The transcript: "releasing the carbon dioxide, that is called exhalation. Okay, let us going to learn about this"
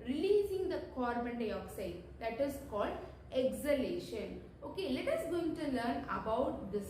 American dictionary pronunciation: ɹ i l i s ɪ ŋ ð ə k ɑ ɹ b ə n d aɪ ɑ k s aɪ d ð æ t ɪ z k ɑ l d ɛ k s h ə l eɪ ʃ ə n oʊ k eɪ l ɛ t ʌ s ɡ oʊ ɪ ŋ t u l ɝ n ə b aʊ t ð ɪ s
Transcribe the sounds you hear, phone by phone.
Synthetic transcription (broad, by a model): ɹ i l i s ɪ ŋ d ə k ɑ ɹ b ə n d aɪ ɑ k s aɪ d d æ t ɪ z k ɑ l d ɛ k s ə l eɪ ʃ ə n oʊ k eɪ l ɛ t ʌ s ɡ oʊ ɪ ŋ t u l ɝ n ə b aʊ t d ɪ s